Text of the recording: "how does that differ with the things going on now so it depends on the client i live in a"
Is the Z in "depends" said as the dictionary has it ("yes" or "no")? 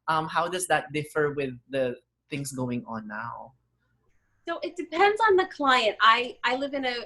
yes